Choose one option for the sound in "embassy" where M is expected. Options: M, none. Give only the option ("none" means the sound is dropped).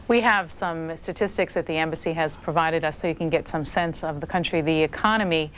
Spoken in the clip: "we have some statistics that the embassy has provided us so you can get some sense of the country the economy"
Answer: M